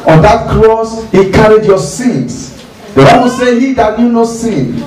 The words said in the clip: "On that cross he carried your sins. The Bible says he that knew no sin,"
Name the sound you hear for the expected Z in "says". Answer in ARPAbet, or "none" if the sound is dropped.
none